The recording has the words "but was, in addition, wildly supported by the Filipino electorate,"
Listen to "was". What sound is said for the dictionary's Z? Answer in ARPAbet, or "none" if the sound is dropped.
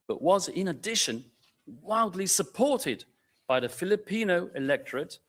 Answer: Z